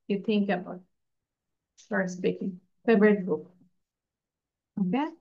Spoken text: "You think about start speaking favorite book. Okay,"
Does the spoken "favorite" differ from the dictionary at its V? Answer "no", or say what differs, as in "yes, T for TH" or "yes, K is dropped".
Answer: yes, B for V